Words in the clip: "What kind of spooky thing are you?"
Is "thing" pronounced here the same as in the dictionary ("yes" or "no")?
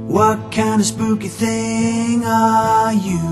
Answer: yes